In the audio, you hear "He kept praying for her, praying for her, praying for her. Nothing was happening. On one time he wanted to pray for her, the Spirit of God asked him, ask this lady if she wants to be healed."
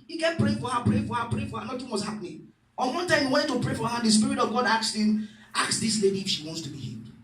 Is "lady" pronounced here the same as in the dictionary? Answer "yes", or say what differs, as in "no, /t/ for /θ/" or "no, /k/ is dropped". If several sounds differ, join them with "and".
yes